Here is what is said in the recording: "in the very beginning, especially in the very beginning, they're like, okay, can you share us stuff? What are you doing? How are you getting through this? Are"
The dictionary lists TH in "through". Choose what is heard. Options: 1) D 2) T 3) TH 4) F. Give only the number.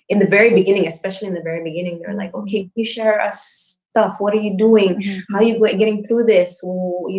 3